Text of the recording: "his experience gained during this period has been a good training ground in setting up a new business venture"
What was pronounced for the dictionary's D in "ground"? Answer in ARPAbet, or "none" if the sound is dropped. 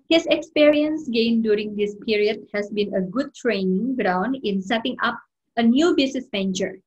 D